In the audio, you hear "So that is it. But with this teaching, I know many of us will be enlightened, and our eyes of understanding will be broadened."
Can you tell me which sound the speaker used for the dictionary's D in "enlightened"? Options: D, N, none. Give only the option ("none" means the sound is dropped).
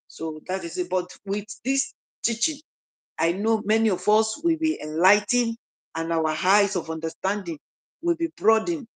none